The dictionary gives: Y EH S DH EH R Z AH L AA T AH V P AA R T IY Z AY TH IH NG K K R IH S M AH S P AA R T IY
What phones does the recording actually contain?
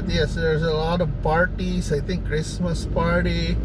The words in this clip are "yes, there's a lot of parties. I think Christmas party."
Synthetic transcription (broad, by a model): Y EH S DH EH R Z AH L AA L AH P AA R T IY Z AY T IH NG K K R IH S M AH S P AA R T IY